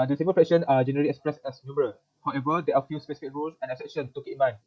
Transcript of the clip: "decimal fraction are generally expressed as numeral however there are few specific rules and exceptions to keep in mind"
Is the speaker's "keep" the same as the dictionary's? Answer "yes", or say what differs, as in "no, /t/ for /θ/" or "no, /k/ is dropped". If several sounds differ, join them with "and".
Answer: no, /p/ is dropped